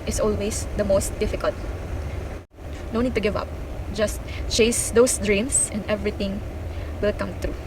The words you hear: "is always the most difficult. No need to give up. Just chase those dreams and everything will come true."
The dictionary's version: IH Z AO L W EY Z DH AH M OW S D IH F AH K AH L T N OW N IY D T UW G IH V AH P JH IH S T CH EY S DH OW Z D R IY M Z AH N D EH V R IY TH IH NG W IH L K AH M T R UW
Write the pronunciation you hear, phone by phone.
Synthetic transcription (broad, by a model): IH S AO L W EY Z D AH M OW S D IH F AH K AH L T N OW N IY D T UW G IH V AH P JH IH S T CH EY S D OW S D R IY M S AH N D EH V R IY T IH NG W IH L K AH M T R UW